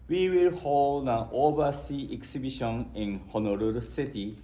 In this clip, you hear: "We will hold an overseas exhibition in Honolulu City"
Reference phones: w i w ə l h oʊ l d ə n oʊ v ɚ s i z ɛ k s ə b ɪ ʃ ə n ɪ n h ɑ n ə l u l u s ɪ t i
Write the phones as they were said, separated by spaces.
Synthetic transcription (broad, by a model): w i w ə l h oʊ l d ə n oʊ b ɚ s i ɛ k s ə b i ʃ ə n ɪ n h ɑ n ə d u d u s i t i